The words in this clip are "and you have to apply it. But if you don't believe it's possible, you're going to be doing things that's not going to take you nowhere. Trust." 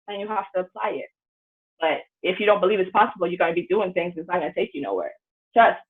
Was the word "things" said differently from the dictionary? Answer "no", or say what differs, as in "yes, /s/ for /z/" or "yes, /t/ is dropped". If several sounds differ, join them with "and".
no